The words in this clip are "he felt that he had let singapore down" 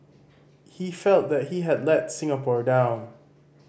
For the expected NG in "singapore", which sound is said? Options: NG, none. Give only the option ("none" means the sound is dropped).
NG